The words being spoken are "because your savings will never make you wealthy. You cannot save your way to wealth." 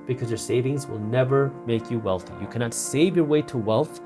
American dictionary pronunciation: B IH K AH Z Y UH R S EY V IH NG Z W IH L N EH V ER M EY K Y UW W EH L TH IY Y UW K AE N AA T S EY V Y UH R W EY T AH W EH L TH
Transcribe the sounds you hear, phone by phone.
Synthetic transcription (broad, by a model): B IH K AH Z Y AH R S EY V IH NG Z W IH L N EH V ER M EY K Y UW W EH L TH IY Y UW K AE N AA T S EY V Y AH R W EY T AH W EH L TH